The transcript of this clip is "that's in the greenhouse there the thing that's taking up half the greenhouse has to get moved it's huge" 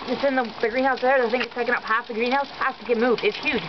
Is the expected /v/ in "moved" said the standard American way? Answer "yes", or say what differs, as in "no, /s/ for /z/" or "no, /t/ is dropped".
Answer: yes